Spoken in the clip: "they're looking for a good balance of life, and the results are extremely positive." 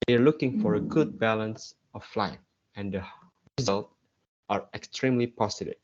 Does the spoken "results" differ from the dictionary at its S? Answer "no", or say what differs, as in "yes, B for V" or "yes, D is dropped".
yes, S is dropped